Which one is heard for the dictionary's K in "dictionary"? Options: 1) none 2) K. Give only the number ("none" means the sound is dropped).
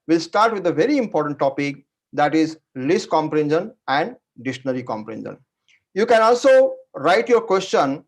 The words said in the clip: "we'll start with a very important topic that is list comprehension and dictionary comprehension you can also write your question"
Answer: 1